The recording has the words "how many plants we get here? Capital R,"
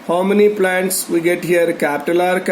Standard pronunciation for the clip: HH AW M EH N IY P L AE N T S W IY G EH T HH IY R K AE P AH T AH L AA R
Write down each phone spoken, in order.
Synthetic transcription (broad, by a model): HH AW M EH N IY P L AE N T S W IY G EH T HH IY R K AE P T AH L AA R